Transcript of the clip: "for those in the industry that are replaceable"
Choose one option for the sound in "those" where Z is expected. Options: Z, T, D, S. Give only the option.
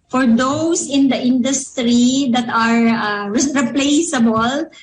S